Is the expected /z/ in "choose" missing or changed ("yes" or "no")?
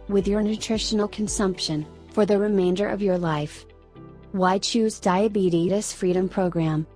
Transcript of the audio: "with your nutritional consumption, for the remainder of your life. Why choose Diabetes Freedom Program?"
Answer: no